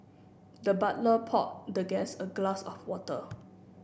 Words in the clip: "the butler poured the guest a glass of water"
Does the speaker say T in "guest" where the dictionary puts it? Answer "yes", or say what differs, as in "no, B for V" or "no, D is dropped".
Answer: no, T is dropped